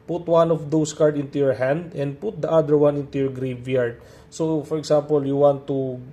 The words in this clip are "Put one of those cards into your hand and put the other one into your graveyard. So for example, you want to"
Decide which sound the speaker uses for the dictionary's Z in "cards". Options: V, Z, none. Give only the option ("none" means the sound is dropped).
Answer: none